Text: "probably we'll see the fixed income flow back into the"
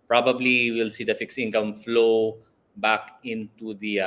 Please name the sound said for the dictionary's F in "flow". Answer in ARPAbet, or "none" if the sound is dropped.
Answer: F